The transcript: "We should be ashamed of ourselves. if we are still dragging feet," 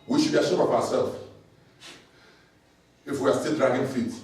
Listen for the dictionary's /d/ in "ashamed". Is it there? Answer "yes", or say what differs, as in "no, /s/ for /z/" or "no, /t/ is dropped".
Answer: no, /d/ is dropped